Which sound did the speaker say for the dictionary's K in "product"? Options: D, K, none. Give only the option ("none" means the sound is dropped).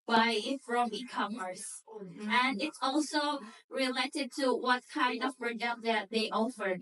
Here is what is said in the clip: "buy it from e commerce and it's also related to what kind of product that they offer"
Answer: none